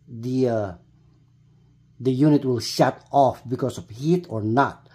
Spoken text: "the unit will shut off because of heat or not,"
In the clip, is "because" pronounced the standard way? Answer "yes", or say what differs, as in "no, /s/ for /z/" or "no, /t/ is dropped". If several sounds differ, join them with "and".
no, /s/ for /z/